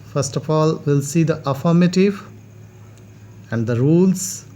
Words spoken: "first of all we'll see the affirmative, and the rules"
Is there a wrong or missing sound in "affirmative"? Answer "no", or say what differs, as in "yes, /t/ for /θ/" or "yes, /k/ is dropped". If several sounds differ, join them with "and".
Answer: no